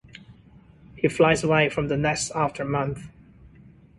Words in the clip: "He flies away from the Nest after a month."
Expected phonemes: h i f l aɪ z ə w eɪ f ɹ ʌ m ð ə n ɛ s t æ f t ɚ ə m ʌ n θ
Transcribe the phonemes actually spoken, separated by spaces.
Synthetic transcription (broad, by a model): h i f l aɪ z ə w eɪ f ɹ ʌ m ð ə n ɛ s t æ f t ɚ m ʌ n θ